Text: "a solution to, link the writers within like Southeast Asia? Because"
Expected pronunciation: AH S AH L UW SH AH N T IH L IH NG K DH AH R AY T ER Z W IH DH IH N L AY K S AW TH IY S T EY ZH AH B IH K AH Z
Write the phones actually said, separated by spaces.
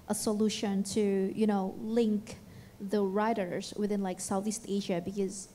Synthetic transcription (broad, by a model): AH S AH L UW SH AH N T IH L IH NG K DH AH R AY T ER Z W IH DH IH N L AY K S AW TH IY S T EY ZH AH B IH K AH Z